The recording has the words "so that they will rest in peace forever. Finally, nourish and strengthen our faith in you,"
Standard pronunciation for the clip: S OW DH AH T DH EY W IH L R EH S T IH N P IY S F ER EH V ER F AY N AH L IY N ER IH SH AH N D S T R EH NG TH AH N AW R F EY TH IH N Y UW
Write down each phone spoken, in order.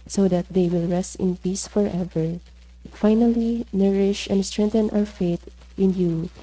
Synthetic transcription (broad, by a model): S OW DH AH T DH EY W IH L R EH S T IH N P IY S F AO EH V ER F AY N AH L IY N ER IH SH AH N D S T R EH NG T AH N AW R F EY T IH N Y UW